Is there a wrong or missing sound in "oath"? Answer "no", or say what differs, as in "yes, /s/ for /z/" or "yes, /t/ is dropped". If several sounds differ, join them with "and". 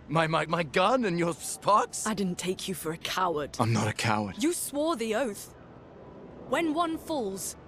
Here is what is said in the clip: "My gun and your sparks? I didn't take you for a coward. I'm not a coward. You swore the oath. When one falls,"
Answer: no